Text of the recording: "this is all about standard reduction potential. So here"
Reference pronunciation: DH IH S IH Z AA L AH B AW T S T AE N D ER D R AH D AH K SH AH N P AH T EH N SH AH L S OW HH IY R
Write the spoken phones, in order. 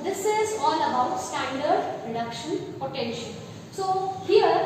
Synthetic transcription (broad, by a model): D IH S IH Z AA L AH B AW T S T AE N D ER D R AH D AH K SH AH N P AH T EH N SH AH N S OW HH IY R